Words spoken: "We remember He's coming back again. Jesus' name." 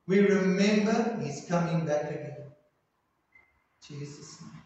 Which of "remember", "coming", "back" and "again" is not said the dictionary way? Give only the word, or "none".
none